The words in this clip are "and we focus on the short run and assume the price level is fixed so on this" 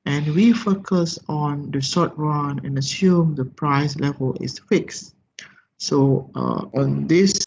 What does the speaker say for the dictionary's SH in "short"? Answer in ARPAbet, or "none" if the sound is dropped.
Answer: S